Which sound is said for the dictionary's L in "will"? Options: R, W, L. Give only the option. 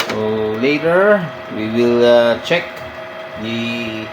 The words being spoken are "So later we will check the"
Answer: L